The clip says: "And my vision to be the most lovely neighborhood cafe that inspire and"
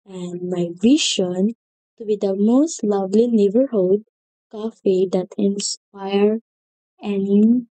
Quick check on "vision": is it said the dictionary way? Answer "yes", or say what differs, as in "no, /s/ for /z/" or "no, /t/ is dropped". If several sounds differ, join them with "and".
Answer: no, /ʃ/ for /ʒ/